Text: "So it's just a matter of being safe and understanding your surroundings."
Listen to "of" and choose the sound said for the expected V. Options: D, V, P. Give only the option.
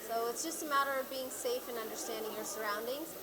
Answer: V